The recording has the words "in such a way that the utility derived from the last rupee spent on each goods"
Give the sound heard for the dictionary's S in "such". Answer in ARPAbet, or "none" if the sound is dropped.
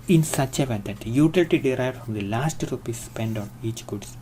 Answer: S